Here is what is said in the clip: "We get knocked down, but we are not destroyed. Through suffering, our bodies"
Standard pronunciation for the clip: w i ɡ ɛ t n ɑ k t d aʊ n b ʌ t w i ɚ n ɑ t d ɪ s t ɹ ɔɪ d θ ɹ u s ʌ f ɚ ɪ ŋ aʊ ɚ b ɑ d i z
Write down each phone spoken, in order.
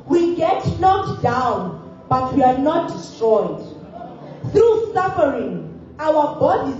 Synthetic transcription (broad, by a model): w i ɡ ɛ t n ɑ t d aʊ n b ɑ t w i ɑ n ɑ t d ɪ s t ɹ ɔɪ d θ ɹ u s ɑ f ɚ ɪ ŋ aʊ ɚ b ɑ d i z